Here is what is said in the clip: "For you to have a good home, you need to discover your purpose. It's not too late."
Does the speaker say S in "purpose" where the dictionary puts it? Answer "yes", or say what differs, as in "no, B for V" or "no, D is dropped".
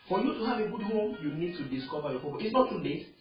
no, S is dropped